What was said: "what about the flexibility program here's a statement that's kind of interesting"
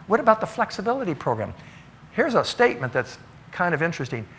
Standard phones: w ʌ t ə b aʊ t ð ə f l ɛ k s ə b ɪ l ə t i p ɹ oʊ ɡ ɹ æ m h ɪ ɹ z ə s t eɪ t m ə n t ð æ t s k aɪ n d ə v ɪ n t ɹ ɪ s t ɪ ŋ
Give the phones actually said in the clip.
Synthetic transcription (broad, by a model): w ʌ t ə b aʊ t ð ə f l ɛ k s ə b ɪ l ə t i p ɹ oʊ ɡ ɹ æ m h ɪ ɹ z ə s t eɪ t m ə n ð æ t s k aɪ n d ə v ɪ n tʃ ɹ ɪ s t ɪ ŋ